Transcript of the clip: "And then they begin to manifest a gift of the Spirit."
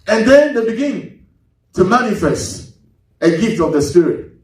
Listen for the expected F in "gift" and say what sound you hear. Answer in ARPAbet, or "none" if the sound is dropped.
F